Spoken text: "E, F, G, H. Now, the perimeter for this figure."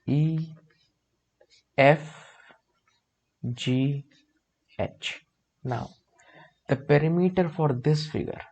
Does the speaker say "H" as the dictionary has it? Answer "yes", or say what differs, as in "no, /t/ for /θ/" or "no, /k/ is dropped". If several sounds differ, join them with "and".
yes